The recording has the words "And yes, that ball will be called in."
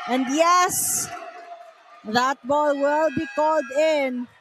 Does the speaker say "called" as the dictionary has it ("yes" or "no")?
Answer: yes